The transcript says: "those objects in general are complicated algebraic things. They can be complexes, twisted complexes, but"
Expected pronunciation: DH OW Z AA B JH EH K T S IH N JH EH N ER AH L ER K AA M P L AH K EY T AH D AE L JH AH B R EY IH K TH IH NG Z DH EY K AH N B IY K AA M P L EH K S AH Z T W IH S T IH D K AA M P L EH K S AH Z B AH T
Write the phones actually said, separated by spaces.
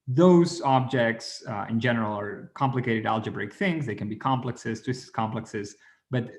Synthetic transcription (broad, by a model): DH OW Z AA B JH EH K T S IH N JH EH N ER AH L ER K AA M P L AH K EY T AH D AE L JH AH B R EY IH K TH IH NG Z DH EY K AH N B IY K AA M P L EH K S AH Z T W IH S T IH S K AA M P L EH K S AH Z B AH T